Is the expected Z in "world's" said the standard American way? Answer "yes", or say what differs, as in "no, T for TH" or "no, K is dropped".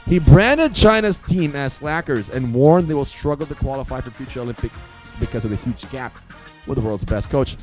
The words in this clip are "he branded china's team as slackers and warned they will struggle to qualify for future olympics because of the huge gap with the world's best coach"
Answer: yes